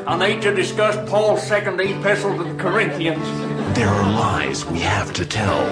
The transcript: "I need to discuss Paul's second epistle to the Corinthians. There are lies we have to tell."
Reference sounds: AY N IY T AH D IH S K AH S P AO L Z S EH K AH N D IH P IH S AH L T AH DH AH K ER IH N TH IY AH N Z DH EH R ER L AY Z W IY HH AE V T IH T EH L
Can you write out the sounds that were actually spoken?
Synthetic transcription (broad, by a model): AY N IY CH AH D IH S K AH S P AO L Z S EH K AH N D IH P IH S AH L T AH DH AH K ER IH N TH IY AH N Z DH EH R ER L AY Z W IY HH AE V T IH T EH L